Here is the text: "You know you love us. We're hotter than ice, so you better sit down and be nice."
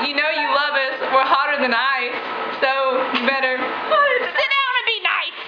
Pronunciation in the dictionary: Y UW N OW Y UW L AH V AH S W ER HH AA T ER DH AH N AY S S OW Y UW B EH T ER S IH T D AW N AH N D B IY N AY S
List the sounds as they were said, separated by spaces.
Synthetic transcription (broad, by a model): Y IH N OW Y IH L AH V AH S W ER HH AA T ER DH AH N AY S S OW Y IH B EH T ER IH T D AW AH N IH B IY N AY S